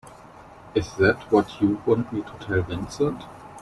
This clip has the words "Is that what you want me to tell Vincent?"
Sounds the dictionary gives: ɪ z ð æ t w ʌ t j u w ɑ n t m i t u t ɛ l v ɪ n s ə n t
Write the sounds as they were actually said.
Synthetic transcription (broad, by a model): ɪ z ð æ t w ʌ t j u w ɑ n t m i t u t ɛ l v ɪ n s ə n t